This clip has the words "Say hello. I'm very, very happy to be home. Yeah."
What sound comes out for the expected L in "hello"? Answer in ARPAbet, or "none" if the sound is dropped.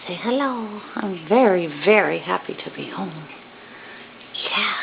L